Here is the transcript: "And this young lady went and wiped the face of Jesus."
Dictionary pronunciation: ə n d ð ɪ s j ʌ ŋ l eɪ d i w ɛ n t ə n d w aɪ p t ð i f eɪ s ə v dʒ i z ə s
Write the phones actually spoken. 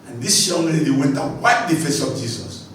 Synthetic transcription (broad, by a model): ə n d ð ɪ s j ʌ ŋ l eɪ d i w ɛ n t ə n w aɪ t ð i f eɪ s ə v dʒ i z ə s